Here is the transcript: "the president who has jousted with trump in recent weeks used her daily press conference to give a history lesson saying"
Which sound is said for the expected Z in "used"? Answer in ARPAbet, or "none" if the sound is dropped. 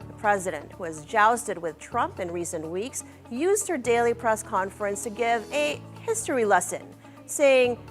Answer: Z